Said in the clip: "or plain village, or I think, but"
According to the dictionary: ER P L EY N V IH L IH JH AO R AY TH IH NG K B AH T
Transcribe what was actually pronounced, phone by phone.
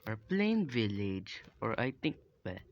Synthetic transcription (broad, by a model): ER P L EY N V IH L IH JH AO R AY T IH NG K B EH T